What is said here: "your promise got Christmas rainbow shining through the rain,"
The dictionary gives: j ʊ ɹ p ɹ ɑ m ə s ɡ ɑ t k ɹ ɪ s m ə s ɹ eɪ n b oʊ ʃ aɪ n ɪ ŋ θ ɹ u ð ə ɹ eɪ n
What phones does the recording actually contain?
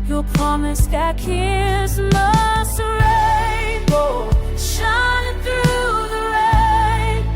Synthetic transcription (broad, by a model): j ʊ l p ɹ ɑ m ə s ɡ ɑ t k ɪ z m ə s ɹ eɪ b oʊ ʃ aɪ n ɪ ŋ θ ɹ u ð ə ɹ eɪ